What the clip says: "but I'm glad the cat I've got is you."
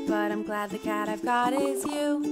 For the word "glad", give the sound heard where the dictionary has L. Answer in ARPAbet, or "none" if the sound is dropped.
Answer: L